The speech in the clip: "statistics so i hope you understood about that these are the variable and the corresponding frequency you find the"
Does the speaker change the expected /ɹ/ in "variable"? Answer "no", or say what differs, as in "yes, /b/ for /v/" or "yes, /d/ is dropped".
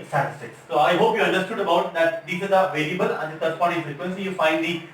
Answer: yes, /l/ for /ɹ/